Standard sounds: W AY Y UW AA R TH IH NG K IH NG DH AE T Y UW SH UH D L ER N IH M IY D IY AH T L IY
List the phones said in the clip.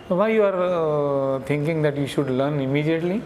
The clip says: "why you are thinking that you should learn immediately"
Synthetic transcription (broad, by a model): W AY Y UW AA R T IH NG K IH NG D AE T Y UW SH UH D L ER N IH M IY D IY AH T L IY